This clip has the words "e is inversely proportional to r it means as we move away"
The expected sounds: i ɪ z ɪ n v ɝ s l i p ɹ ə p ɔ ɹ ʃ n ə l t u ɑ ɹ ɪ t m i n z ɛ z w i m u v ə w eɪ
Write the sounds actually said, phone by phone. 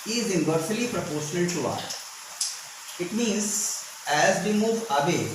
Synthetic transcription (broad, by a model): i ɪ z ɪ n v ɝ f l i p ɹ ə p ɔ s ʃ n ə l t u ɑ ɪ t m i n z ɛ z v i m u v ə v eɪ